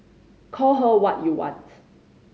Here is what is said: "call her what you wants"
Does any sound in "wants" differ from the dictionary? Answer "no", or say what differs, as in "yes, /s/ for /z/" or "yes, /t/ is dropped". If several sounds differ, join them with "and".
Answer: yes, /s/ is dropped